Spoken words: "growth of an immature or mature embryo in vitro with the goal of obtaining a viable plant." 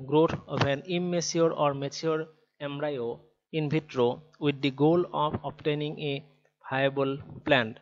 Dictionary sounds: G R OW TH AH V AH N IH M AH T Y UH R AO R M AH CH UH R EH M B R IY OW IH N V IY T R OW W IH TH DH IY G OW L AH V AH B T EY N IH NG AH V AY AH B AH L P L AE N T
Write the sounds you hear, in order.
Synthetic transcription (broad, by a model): G R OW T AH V AH N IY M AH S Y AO R AO R M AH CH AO R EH M R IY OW IH N B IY T R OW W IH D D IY G OW L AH P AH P T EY N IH NG AH B AY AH B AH L P L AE N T